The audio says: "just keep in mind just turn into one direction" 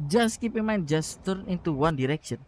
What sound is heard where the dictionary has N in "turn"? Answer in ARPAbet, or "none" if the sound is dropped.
none